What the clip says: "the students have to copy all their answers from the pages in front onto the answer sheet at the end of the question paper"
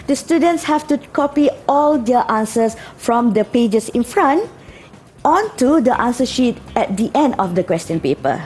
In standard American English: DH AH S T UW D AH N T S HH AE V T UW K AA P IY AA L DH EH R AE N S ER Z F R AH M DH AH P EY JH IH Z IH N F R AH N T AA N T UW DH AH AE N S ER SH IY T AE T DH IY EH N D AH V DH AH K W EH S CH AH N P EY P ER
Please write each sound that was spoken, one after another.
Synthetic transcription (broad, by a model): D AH S T UW D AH N T S HH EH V T UW K AA P IY AA L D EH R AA N S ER S F R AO M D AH P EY JH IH S IH N F R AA N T AA N T UW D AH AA N S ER SH IY T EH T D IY EH N D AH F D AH K W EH S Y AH N P EY P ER